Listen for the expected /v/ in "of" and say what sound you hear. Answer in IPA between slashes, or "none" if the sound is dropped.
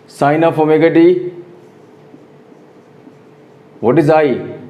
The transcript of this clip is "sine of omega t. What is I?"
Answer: /p/